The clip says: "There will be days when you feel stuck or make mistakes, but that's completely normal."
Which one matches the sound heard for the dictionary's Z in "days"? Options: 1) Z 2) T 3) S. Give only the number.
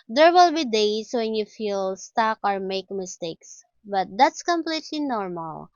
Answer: 3